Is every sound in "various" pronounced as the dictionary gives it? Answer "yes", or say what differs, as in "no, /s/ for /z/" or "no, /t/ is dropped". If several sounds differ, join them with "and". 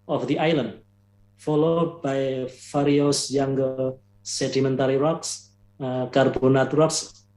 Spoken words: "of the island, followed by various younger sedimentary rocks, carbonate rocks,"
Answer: no, /f/ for /v/